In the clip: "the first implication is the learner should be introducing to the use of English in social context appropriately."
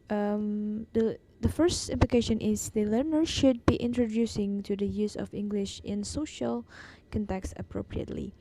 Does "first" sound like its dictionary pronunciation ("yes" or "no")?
yes